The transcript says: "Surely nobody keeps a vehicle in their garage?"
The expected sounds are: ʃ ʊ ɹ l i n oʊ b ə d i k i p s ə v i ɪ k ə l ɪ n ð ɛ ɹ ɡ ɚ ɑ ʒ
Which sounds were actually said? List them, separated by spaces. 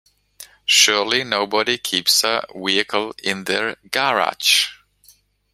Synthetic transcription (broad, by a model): ʃ ʊ ɹ l i n oʊ b ə d i k i p s ə w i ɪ k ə l ɪ n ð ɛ ɹ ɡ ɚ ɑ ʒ